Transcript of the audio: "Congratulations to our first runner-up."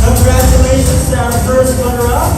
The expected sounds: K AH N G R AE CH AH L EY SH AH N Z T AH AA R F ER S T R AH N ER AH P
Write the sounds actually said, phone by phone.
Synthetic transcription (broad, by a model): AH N G R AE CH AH L EY SH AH N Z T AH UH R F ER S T W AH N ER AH